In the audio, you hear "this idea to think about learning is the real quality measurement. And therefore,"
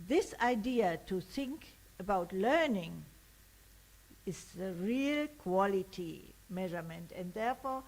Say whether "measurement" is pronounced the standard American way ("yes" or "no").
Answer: yes